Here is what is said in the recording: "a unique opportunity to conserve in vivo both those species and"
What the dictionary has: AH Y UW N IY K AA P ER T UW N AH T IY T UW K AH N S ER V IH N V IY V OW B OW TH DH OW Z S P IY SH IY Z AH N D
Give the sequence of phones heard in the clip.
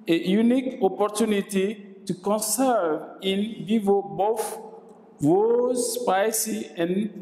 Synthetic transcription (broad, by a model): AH Y UW N IY K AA P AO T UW N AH T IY T UW K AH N S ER V IH N V IY V OW B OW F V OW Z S P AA S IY AH N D